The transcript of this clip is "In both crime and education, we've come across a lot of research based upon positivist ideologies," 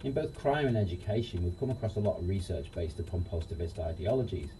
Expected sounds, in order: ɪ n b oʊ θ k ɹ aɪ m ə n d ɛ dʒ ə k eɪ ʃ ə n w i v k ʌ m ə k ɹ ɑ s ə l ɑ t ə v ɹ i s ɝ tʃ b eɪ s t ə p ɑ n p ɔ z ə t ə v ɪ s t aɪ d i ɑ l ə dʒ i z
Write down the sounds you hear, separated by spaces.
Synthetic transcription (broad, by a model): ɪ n b oʊ θ k ɹ aɪ m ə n ɛ dʒ ə k eɪ ʃ ə n w i v k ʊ m ə k ɹ ɑ s ə l ɑ t ə v ɹ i s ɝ tʃ b eɪ s t ə p ɑ n p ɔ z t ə v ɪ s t aɪ d i ɑ l ə dʒ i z